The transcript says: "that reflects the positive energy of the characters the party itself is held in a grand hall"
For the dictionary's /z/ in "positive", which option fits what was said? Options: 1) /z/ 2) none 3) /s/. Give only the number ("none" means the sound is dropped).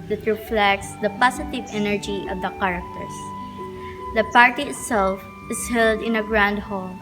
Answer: 3